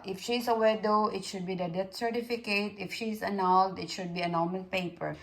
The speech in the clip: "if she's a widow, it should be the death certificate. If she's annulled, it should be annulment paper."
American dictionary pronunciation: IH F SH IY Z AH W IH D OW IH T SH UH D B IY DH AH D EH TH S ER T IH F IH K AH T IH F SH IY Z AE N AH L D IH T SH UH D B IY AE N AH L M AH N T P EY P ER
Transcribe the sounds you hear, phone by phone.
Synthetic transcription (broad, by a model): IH F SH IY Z AH W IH D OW IH T SH UH D B IY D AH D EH T S ER T IH F IH K AH T IH F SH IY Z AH N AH L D IH T SH UH D B IY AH N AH M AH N P EY P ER